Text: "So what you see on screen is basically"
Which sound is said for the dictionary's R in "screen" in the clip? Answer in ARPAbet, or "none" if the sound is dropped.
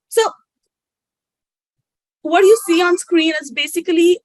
R